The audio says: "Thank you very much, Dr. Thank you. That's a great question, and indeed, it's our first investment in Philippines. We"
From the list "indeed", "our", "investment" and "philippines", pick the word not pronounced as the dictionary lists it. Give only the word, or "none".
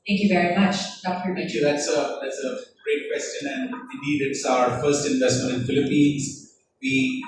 none